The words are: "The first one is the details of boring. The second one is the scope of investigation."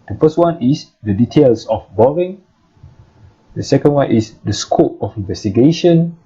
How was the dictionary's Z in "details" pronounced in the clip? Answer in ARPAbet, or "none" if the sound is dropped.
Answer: S